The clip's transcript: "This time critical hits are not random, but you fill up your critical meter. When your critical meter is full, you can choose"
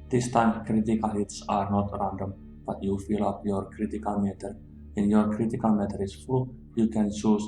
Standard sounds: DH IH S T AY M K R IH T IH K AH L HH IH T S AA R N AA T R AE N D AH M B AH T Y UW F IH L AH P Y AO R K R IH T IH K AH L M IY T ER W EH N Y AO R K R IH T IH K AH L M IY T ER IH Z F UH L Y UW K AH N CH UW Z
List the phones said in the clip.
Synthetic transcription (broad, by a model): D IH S T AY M K R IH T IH K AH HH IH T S AA R N AA T R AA N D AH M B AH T Y UW F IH L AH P Y AO R K R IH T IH K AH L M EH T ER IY N Y AO R K R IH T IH K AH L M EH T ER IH S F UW Y UW K AH N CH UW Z